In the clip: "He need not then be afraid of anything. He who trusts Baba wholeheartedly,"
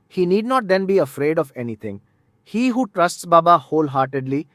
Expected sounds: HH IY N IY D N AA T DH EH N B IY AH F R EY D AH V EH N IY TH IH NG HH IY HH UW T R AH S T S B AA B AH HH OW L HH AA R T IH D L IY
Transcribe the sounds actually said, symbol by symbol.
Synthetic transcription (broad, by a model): HH IY N IY D N AA T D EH N B IY AH F R EY D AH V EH N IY T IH NG HH IY HH UW T R AH S T S B AA B AH HH OW L HH AA R T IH D L IY